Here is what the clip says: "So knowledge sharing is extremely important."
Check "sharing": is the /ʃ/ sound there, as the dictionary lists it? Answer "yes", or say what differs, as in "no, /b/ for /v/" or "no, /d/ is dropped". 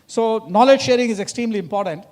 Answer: yes